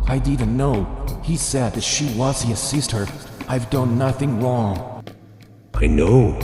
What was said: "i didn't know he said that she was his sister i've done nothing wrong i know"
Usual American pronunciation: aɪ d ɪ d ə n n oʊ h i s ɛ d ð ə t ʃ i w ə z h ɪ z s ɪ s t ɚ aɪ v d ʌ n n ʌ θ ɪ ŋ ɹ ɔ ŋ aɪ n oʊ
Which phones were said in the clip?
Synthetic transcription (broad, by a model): aɪ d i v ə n n oʊ h i s ɛ d ð ə t ʃ i w ə z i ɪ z s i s t ɚ aɪ v d ʌ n n ʌ θ ɪ ŋ ɹ ɔ ŋ aɪ n oʊ